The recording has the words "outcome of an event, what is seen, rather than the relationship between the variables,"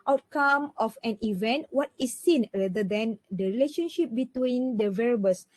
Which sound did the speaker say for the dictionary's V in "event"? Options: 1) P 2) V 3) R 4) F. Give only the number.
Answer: 2